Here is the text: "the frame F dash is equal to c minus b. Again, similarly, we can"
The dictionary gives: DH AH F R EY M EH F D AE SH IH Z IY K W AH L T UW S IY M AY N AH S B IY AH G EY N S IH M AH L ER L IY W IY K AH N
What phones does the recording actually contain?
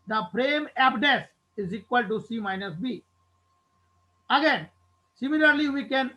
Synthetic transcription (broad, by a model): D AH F R EY M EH P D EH S IH Z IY K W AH L T UW S IY M AY N AH S B IY AH G EY N S IH M AH L ER L IY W IY K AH N